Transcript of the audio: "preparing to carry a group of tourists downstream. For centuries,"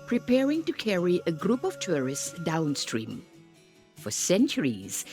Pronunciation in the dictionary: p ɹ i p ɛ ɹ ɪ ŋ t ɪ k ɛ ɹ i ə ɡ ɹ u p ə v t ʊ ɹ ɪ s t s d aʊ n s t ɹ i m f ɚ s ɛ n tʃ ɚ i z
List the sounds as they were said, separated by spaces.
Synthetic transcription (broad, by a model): p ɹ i p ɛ ɹ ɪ ŋ t ɪ k ɛ ɹ i ə ɡ ɹ u p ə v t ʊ ɹ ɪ s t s d aʊ n s t ɹ i m f ɚ s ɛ n tʃ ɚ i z